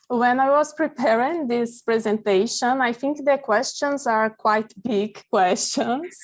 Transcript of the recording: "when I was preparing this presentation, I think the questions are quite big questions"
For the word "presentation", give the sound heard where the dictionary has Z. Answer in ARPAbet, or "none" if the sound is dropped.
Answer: Z